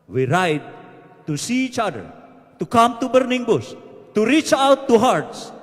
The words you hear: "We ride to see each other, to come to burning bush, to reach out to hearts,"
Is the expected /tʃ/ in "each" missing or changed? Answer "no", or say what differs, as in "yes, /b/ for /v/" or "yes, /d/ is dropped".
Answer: no